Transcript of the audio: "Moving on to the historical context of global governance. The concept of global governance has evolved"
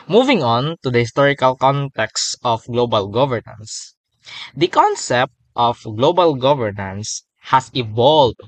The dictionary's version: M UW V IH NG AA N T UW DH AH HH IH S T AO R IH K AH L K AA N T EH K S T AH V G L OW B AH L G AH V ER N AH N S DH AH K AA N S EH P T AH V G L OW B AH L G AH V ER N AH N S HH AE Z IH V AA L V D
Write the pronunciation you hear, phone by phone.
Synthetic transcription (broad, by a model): M UW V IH NG AA N T UW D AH HH IH S T AO R IH K AH L K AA N T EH K S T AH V G L OW B AH L G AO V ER N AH N S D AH K AA N S EH P T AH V G L OW B AH L G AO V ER N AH N S HH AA S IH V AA L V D